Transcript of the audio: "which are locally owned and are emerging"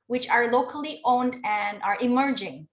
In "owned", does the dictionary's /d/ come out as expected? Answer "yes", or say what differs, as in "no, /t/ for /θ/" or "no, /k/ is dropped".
yes